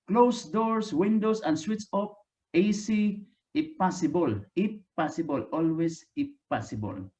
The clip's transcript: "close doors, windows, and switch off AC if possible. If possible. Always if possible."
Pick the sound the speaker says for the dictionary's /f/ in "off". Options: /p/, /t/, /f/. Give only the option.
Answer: /p/